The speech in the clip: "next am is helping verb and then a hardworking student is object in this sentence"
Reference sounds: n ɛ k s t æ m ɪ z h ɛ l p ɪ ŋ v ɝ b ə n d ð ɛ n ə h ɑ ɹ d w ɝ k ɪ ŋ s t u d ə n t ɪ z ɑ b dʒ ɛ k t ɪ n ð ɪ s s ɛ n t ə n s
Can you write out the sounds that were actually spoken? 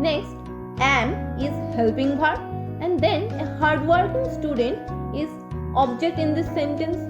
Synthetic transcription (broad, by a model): n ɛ k s t æ m ɪ z h ɛ l p ɪ ŋ p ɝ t ə n d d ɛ n ə h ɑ ɹ d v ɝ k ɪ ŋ s t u d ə n t ɪ z ɑ b dʒ ɛ k t ɪ n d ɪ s s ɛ n t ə n s